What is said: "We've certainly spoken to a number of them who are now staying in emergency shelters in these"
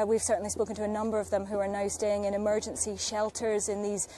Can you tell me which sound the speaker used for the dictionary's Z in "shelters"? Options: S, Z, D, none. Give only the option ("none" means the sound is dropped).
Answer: Z